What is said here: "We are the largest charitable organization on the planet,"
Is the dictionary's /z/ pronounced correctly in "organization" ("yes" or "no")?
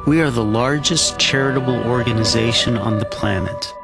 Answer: yes